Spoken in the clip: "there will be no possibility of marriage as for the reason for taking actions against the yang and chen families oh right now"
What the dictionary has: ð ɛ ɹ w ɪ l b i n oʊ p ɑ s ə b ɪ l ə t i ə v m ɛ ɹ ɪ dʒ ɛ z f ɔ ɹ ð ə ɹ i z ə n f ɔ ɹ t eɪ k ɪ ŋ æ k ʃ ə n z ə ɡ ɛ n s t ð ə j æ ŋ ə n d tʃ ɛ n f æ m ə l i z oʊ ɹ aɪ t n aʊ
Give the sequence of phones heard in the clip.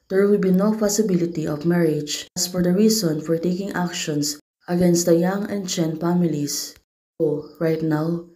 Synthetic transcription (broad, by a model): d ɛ ɹ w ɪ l b i n oʊ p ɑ s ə b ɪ l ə t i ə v m ɛ ɹ ɪ dʒ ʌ s f ɔ ɹ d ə ɹ i s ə n f ɔ ɹ t eɪ k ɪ ŋ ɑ k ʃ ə n s ə ɡ ɛ n s t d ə j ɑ ŋ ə n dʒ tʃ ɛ n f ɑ m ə l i s oʊ ɹ aɪ t n aʊ